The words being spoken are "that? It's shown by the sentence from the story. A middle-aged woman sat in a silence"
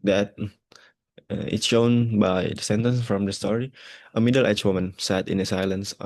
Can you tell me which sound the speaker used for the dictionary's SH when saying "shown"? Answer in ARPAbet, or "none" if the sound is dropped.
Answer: SH